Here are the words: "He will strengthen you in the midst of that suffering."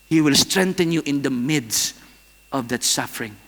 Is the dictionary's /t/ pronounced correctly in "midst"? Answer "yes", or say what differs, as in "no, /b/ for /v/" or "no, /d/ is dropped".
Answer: yes